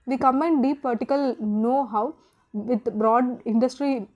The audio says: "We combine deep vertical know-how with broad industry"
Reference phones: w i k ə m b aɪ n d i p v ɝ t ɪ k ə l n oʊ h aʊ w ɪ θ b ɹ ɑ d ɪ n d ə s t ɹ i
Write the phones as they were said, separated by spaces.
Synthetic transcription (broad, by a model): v i k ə m ɛ n d i p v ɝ t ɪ k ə l n oʊ h aʊ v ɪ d b ɹ ɑ d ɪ n d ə s t ɹ i